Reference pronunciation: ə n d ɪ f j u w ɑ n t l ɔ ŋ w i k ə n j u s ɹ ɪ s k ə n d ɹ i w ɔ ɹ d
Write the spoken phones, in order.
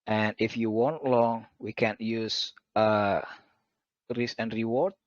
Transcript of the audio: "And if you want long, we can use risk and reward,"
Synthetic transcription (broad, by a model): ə n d ɪ f j u w ɑ n t l ɔ ŋ w i k ə n j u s ɹ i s ə n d ɹ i w ɔ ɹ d